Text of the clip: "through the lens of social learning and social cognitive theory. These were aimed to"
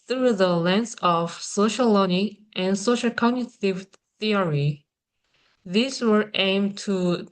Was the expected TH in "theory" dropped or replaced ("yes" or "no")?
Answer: no